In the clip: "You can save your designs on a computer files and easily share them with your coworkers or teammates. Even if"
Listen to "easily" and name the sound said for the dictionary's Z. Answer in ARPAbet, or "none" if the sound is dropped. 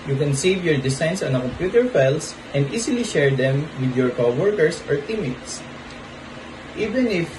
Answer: S